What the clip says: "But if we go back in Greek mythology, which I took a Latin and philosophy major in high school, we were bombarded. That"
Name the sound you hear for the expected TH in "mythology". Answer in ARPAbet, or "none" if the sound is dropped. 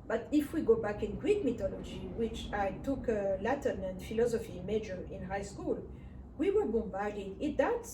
T